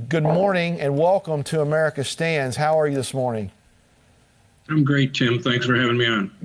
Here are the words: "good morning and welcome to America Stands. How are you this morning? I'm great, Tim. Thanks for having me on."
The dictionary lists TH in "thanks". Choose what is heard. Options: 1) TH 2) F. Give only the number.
1